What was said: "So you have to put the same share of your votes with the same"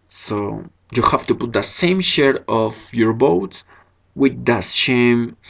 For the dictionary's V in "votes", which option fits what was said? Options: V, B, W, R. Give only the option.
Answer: B